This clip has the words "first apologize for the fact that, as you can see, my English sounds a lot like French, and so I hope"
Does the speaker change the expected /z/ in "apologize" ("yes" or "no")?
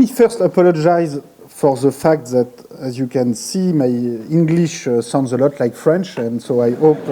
no